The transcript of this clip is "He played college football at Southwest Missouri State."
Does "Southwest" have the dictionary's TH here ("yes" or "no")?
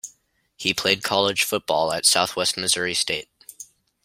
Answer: yes